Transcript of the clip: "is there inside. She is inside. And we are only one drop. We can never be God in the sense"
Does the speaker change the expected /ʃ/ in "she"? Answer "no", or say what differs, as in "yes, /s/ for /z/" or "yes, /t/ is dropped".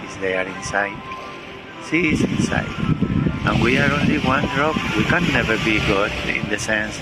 yes, /s/ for /ʃ/